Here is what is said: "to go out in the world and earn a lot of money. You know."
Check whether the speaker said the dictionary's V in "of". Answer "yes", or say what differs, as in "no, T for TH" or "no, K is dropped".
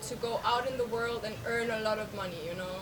yes